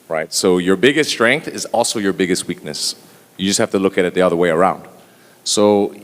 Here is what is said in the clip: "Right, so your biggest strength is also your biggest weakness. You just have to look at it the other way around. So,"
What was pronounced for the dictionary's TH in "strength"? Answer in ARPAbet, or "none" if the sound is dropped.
TH